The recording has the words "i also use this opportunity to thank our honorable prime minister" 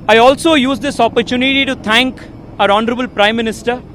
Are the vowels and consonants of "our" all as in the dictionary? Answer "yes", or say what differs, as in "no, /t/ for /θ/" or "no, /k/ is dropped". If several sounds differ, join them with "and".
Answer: yes